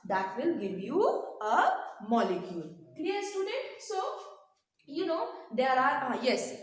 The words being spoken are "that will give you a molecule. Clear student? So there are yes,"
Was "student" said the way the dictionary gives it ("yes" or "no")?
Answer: yes